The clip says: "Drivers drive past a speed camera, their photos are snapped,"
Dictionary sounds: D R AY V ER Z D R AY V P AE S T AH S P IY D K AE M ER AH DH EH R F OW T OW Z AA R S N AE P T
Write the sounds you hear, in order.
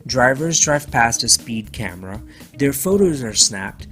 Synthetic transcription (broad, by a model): D R AY V ER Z D R AY V P AE S T AH S P IY D K AE M ER AH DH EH R F OW T OW Z AA R S N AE P T